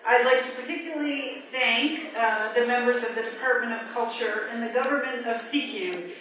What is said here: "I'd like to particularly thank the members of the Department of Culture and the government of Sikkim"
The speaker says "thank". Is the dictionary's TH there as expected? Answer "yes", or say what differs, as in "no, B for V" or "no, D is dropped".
yes